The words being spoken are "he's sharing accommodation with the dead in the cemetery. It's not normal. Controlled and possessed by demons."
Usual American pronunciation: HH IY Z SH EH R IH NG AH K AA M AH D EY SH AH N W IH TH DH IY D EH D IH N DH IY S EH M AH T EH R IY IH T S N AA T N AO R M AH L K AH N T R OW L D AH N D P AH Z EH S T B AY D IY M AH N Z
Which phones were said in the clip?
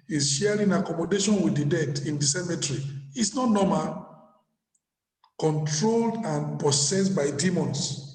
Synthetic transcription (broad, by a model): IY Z SH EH R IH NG AH K AA M AH D EY SH AH N W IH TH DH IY D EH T IH N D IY S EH M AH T R IY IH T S N AA T N AO M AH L K AH N T R OW L D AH N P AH S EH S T B AY D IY M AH N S